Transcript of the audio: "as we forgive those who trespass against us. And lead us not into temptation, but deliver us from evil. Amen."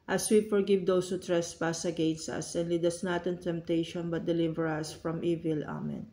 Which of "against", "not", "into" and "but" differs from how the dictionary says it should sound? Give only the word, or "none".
none